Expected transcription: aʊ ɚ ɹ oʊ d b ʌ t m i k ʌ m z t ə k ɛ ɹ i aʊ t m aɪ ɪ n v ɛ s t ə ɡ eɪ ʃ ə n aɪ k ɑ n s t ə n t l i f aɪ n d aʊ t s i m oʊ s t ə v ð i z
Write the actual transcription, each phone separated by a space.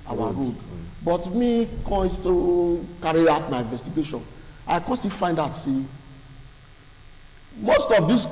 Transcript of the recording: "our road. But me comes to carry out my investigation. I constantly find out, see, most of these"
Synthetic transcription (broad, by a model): aʊ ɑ ɹ oʊ d b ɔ t m i k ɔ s t ə k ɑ ɹ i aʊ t m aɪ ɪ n v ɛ s t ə ɡ eɪ ʃ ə n aɪ k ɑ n s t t i f aɪ n d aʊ t s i m oʊ s t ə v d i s